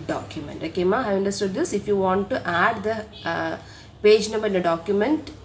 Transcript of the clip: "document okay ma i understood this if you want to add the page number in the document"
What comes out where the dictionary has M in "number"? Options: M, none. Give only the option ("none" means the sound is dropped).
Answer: none